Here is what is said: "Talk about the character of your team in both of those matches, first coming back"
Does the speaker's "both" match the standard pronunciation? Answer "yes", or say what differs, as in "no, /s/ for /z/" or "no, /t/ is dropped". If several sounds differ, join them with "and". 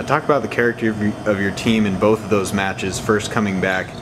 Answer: yes